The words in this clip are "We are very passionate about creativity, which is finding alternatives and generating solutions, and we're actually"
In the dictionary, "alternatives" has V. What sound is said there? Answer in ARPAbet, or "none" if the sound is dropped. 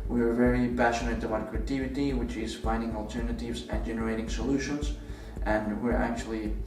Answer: V